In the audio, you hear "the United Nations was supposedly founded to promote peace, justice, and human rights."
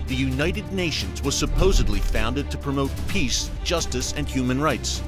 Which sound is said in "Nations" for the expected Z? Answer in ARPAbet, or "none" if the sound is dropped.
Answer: Z